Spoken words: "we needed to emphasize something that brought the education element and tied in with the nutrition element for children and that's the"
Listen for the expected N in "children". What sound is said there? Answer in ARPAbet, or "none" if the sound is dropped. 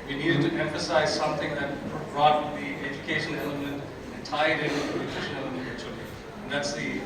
none